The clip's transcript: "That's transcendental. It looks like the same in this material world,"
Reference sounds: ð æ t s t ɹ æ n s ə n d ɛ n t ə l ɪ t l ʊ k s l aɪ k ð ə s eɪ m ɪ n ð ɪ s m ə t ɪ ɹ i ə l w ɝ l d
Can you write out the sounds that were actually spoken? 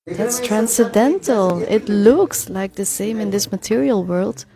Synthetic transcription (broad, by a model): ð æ t s t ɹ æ n s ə d ɛ n t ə l ɪ t l ʊ k s l aɪ k ð ə s eɪ m ɪ n ð ɪ s m ə t ɪ ɹ i ə l w ɝ l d